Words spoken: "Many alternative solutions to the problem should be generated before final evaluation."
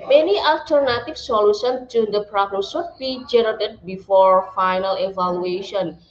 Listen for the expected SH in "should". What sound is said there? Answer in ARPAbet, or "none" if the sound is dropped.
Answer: S